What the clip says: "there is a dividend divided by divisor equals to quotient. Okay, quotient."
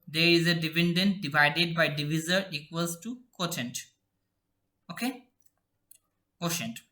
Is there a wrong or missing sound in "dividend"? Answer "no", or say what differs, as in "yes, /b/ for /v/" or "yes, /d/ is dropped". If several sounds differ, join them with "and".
yes, /p/ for /v/